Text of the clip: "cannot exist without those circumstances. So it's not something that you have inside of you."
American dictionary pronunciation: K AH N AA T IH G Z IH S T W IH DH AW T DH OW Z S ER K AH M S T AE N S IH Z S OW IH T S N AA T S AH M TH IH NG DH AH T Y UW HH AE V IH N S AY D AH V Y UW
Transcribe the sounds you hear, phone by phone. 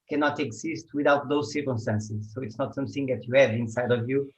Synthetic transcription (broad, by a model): K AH N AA T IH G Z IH S T W IH DH AW T DH OW Z S ER K AH M S T AE N S IH Z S OW IH T S N AA T S AH M TH IH NG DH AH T Y UW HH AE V IH N S AY D AH V Y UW